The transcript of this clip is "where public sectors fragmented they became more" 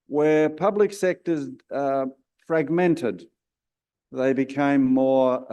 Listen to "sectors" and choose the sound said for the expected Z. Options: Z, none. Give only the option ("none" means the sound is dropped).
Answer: Z